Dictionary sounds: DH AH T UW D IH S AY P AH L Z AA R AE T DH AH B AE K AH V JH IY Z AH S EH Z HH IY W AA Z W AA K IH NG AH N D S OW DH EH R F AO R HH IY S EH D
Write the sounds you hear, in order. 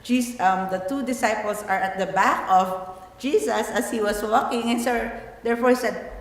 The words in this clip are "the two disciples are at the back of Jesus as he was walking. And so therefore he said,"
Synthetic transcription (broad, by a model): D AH T UW D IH S AY P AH L S AA R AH T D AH B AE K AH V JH IY S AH S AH S HH IY W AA S W AA K IH NG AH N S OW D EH R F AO R HH IY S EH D